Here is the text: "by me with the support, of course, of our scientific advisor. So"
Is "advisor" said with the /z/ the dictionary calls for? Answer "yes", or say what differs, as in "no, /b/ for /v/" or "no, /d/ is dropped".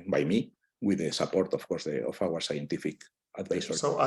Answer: no, /s/ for /z/